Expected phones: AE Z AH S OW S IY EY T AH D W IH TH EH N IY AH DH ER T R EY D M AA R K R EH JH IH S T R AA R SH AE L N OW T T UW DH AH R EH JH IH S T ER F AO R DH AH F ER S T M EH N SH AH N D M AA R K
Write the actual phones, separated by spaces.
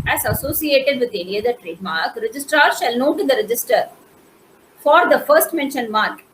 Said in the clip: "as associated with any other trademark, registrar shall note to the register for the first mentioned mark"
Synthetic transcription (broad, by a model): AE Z AH S OW S IY EY T AH D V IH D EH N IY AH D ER T R EY D M AA R K R EH JH IH S T R AA R SH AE L N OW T T UW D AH R EH JH IH S T ER F AO R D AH F ER S T M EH N SH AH N M AA R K